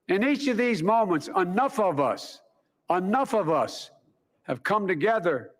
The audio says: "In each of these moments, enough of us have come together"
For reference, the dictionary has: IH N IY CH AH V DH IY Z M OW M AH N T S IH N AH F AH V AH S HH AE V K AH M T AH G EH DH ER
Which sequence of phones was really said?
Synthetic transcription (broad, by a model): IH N IY CH AH V DH IY Z M OW M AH N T S IH N AH F AH V AH S HH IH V K AH M T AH G EH DH ER